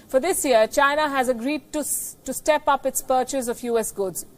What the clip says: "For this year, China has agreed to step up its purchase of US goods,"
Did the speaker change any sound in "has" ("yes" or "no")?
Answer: no